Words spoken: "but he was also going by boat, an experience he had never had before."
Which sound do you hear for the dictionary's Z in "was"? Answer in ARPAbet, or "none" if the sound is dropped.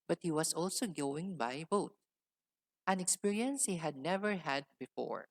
S